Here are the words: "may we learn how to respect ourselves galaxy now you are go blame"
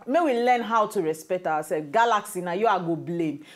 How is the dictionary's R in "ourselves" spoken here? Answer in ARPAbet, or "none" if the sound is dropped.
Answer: W